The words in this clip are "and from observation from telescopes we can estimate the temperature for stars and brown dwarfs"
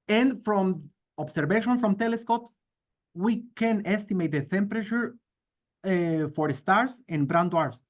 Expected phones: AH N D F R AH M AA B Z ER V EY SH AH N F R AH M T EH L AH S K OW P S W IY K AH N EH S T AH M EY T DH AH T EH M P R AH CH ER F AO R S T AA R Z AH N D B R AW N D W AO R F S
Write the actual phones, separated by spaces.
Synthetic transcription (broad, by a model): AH N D F R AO M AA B S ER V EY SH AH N F R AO M T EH L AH S K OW P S W IY K AH N EH S T AH M EY T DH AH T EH M P R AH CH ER F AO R S T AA R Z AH N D B R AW N D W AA R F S